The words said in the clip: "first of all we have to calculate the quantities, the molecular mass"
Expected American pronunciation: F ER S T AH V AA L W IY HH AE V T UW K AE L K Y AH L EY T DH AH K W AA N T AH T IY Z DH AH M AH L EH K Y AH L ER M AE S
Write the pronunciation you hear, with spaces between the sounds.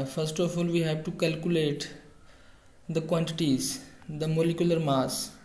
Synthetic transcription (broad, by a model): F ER S T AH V AA L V IY HH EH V T UW K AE L K Y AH L EY T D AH K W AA N T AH T IY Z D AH M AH L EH K Y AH L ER M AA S